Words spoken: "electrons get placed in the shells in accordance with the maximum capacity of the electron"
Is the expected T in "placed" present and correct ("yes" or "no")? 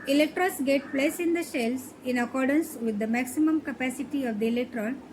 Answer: no